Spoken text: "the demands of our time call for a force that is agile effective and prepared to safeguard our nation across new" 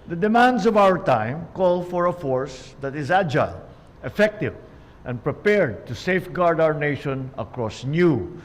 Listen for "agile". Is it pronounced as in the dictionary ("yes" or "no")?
yes